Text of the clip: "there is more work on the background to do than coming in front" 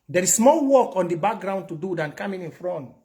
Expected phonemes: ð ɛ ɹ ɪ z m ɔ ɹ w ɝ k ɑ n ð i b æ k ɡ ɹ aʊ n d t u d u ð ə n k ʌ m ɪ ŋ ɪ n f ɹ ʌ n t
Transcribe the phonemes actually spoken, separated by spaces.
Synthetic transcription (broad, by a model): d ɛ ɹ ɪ s m ɔ l w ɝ k ɑ n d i b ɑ k ɡ ɹ aʊ n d t u d u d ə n k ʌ m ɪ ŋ ɪ n f ɹ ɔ n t